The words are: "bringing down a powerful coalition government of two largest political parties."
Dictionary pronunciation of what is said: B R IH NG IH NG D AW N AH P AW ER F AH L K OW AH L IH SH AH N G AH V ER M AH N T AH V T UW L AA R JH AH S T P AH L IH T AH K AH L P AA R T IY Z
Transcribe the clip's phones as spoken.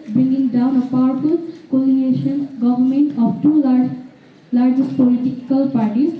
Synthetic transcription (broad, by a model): B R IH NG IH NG D AW N AH P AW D P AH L K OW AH N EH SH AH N G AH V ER M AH N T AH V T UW L AA R JH AH S T P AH L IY T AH K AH L P AA R T IY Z